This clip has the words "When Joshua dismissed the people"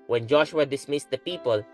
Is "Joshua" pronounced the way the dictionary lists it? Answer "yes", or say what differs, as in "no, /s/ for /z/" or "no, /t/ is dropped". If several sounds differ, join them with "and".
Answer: yes